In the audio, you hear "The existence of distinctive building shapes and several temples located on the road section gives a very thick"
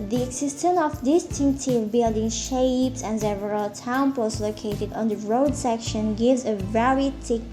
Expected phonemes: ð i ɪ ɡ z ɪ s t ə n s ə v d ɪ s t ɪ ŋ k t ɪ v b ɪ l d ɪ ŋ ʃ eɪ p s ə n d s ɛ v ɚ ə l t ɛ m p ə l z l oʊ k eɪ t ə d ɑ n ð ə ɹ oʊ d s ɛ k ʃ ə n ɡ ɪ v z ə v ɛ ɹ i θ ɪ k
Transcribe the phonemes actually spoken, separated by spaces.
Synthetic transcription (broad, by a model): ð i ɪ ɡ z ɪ s t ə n ə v d ɪ s t ɪ ŋ k t ɪ v b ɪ l d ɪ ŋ ʃ eɪ p s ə n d s ɛ v ɚ ə l t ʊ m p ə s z l oʊ k eɪ t ə d ɑ n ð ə ɹ oʊ d s ɛ k ʃ ə n ɡ ɪ v z ə v ɛ ɹ i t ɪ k